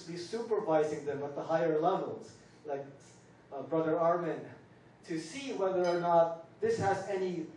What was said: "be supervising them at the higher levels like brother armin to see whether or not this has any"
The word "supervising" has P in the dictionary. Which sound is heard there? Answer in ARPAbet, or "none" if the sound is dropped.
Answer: P